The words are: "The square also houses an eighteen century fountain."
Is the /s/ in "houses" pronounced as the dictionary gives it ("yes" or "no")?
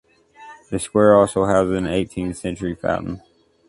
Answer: no